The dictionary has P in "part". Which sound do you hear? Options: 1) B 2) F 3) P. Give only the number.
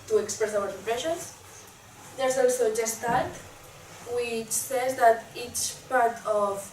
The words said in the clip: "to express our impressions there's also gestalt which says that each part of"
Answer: 3